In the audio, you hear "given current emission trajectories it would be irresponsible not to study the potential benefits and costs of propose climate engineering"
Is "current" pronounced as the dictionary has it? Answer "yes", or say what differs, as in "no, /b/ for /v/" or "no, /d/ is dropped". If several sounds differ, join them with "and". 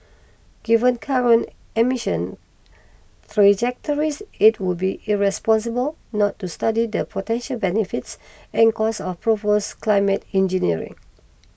no, /t/ is dropped